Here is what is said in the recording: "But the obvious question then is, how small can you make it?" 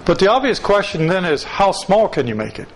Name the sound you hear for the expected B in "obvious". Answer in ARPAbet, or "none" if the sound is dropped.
B